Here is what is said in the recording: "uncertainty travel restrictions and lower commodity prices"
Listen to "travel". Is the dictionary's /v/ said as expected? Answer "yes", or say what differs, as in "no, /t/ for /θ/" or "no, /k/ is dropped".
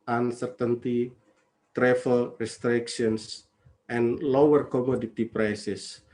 no, /f/ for /v/